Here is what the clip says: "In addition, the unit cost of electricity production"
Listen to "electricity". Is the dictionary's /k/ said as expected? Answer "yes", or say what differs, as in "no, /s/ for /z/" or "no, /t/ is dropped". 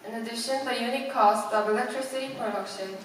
yes